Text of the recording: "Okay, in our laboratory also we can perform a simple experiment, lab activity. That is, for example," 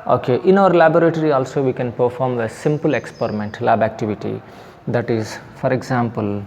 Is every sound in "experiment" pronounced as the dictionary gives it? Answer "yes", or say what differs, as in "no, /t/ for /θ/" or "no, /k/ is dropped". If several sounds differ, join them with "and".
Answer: yes